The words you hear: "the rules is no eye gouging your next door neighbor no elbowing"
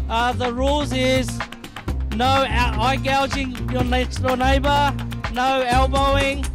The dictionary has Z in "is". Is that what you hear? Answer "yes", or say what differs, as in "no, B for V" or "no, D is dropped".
yes